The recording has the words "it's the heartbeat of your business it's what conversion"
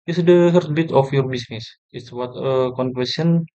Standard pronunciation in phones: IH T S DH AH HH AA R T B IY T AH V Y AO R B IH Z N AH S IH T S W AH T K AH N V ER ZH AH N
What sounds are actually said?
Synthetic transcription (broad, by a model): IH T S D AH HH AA R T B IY T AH F Y AO R B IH S N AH S IH T S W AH T K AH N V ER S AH N